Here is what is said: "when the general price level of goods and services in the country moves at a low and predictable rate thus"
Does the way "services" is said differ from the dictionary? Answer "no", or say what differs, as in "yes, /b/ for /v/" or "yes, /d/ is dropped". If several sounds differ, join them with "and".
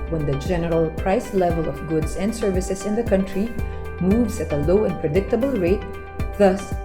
yes, /s/ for /z/